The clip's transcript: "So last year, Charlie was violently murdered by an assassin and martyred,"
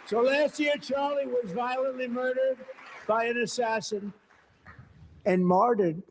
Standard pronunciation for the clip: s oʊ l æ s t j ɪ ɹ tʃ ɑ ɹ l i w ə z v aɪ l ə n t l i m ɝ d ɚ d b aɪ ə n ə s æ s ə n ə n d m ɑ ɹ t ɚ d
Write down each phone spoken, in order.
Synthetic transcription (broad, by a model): s oʊ l æ s t j ɪ ɹ tʃ ɑ ɹ l i w ə z v aɪ l ə n t l i m ɝ d ɚ d b aɪ ə n ə s æ s ə n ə n m ɑ ɹ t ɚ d